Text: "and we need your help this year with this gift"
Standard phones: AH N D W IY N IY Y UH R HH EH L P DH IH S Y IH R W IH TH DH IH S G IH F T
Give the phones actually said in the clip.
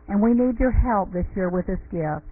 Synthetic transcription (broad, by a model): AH N W IY N IY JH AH R HH EH L P DH IH S Y IH R W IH DH IH S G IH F